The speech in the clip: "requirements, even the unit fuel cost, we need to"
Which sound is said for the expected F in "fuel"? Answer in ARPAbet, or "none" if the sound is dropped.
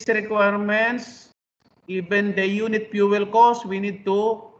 P